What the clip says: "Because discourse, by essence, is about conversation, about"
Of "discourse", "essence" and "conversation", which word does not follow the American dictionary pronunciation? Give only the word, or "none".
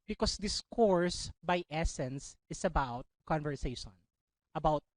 none